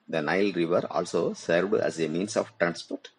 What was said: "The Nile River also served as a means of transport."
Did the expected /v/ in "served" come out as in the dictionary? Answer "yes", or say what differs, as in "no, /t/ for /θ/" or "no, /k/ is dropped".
yes